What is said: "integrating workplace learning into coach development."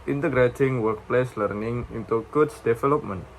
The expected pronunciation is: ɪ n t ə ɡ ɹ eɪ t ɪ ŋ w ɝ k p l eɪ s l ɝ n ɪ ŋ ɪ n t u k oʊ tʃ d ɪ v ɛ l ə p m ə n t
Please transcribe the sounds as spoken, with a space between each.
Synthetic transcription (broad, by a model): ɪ n t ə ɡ ɹ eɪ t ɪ ŋ w ɝ k p l eɪ s l ɝ n ɪ ŋ ɪ n t u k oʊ s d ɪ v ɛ l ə p m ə n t